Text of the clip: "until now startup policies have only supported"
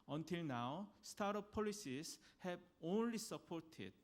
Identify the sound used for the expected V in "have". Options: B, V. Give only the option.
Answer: B